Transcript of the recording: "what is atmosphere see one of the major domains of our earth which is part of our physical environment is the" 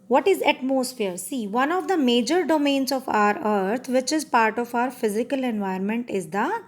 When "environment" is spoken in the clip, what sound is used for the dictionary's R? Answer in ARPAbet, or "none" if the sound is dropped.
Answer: none